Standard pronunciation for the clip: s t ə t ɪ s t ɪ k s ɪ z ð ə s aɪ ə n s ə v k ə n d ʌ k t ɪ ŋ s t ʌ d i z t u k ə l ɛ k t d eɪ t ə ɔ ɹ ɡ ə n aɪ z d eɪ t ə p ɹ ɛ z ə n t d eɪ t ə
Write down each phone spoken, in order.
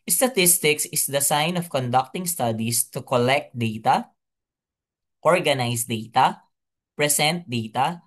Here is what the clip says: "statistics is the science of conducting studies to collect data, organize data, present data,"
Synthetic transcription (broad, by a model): s t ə t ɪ s t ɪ k s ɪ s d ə s aɪ n ə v k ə n d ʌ k t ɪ ŋ s t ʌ d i s t u k ə l ɛ k t d eɪ t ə ɔ ɹ ɡ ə n aɪ s d eɪ t ə p ɹ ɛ s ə n t d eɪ t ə